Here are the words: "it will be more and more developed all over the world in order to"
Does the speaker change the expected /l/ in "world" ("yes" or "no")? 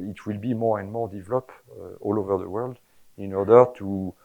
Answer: no